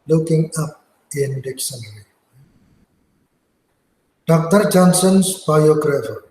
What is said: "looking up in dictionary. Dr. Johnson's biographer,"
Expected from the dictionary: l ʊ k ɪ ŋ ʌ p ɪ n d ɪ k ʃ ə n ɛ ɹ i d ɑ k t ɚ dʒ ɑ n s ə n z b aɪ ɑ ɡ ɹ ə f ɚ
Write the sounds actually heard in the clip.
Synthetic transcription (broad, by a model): l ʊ k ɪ ŋ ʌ p ɪ n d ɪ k s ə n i d ɑ k t ɚ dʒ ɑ n s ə n s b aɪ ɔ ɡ ɹ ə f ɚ